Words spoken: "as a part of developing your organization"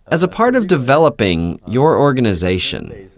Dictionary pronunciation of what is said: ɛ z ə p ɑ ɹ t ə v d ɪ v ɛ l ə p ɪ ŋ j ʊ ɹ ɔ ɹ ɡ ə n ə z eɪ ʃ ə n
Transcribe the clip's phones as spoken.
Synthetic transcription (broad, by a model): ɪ z ə p ɑ ɹ t ə v d ɪ v ɛ l ə p ɪ ŋ j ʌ ɹ ɔ ɹ ɡ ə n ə z eɪ ʃ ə n